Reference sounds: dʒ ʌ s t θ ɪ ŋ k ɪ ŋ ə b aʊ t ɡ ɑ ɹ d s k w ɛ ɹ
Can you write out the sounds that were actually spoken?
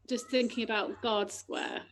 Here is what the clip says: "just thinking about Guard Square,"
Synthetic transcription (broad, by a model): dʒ ʌ s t θ ɪ ŋ k ɪ ŋ ə b aʊ t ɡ ɑ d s k w ɛ